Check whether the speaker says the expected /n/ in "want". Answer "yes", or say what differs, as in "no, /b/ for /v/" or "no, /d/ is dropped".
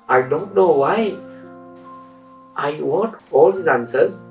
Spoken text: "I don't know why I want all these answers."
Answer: no, /n/ is dropped